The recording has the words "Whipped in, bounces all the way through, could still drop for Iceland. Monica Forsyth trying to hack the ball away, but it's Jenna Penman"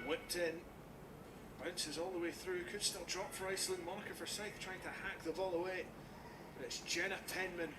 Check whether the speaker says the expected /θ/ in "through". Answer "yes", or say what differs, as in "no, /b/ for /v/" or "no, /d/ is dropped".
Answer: yes